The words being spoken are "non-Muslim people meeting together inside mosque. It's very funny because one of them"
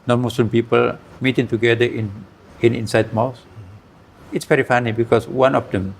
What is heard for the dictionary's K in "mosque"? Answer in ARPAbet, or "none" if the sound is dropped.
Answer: none